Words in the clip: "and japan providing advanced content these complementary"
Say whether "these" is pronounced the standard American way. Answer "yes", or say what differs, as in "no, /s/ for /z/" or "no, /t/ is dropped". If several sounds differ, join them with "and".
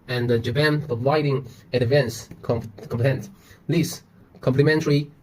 no, /s/ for /z/